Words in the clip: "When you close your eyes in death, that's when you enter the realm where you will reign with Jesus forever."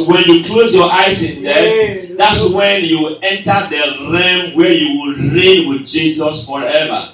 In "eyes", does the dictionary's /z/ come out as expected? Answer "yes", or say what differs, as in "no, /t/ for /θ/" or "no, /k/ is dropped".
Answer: no, /s/ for /z/